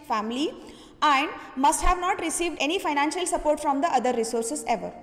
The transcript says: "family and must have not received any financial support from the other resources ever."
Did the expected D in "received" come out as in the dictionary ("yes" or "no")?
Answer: yes